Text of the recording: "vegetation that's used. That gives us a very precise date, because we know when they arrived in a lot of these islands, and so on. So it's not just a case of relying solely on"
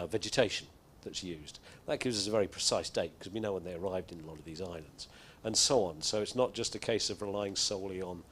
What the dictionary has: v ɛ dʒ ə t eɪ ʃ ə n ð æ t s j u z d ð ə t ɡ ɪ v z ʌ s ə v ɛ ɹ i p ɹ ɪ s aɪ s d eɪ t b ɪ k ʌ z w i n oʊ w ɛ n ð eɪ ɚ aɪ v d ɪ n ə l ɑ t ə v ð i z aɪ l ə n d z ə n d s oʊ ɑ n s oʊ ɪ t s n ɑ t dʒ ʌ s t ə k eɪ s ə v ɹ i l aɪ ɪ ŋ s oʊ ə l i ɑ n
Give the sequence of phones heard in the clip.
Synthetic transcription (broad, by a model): v ɛ dʒ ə t eɪ ʃ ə n ð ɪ t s j u z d ð ə t ɡ ɪ v z ʌ s ə v ɛ ɹ i p ɹ ɪ s aɪ s d eɪ t k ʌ z w i n oʊ w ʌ n ð eɪ ɚ aɪ v d ɪ n ə l ɑ t ə v ð i z aɪ l ə n d z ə n s oʊ ɑ n s oʊ ɪ t s n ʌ t dʒ ʌ s t ə k eɪ s ə v ɹ i l aɪ ɪ ŋ s oʊ ə l i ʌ n